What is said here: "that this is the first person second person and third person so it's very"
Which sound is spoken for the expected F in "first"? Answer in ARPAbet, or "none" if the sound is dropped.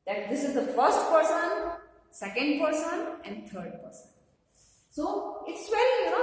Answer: F